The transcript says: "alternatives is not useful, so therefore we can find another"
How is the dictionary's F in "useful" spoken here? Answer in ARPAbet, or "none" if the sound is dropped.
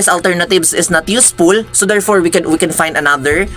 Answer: P